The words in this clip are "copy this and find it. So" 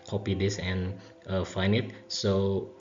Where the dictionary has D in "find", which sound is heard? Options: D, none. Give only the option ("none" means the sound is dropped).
none